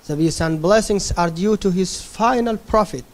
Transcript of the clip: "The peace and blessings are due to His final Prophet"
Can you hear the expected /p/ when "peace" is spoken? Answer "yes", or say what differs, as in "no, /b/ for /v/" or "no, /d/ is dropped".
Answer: no, /b/ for /p/